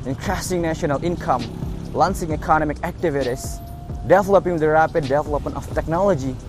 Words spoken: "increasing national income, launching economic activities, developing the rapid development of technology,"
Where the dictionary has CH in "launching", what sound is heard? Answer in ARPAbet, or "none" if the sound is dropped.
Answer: S